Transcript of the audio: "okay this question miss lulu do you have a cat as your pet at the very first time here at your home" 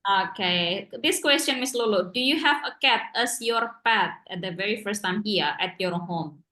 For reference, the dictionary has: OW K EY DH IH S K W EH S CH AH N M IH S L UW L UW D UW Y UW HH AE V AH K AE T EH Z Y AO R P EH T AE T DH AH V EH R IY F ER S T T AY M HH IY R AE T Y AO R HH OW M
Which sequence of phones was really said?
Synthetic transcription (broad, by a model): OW K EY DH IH S K W EH S CH AH N M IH S L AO L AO D UW Y UW HH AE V AH K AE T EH S Y AO R P EH T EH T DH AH V EH R IY F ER S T T AY M HH IY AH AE T Y AO R HH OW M